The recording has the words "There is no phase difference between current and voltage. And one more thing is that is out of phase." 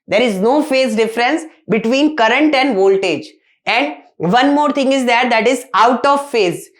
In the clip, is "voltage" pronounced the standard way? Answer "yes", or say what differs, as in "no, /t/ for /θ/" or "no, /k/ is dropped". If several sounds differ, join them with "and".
yes